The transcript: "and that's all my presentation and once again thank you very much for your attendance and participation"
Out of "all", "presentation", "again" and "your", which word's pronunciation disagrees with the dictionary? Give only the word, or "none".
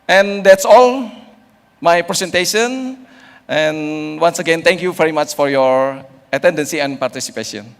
presentation